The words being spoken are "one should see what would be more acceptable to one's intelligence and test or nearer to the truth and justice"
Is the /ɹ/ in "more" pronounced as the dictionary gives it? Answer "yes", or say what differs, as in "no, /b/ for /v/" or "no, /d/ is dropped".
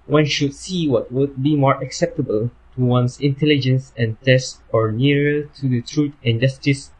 yes